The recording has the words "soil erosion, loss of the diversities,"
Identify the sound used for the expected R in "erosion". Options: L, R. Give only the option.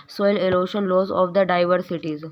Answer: L